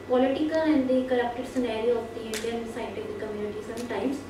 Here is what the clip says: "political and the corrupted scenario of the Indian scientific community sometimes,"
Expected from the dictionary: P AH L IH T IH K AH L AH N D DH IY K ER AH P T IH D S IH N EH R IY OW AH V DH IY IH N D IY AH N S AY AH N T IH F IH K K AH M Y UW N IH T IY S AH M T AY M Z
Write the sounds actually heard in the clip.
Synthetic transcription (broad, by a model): P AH L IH T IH K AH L AH N D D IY K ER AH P T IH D S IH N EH R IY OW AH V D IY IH N D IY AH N S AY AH T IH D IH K K AH M Y UW N IH T IY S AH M T AY M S